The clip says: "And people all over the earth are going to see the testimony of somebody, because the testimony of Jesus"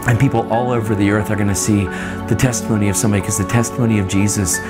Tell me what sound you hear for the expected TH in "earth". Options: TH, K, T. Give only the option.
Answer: TH